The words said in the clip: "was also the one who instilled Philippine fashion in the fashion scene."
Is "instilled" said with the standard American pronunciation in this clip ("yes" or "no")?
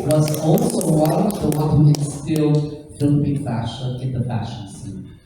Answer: no